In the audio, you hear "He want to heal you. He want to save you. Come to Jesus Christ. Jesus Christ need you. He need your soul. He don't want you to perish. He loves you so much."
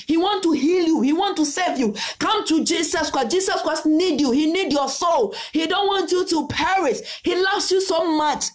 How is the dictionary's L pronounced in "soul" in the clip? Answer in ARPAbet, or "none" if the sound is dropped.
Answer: L